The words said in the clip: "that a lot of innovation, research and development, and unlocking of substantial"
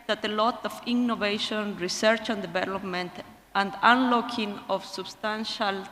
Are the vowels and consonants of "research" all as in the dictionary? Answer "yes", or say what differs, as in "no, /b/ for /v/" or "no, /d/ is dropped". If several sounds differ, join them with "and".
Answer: yes